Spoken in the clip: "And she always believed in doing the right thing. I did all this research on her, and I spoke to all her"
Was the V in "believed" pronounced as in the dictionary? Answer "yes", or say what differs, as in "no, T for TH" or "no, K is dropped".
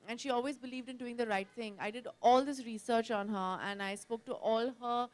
yes